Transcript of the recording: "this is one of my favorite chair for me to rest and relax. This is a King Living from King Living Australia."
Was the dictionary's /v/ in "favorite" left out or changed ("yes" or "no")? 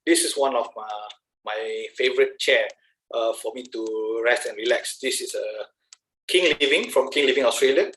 no